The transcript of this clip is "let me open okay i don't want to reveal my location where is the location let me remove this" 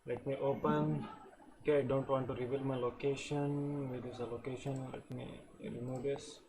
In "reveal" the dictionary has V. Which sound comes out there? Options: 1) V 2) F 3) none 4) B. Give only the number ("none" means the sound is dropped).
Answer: 4